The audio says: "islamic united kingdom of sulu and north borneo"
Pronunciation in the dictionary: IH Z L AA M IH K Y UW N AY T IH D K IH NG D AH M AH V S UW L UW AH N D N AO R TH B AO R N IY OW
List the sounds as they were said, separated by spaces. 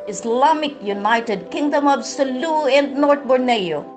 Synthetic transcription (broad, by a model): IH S L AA M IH K Y UW N AY T IH D K IH NG D AH M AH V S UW L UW AH N D N AO R T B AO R N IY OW